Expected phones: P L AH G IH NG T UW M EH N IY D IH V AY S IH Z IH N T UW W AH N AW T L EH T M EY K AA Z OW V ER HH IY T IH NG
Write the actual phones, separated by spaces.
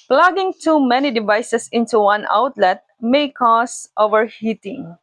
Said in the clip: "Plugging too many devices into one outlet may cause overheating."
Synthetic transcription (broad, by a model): P L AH G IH NG T UW M EH N IY D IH V AY S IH S IH N T UW W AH N AW T L EH T M EY K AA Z OW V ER HH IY T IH NG